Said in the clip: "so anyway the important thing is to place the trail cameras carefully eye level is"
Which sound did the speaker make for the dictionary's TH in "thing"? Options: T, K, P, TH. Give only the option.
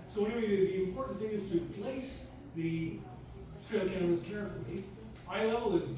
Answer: TH